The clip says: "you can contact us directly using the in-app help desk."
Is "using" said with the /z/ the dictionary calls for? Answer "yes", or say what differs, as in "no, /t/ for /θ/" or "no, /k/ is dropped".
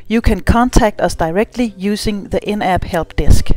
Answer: no, /s/ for /z/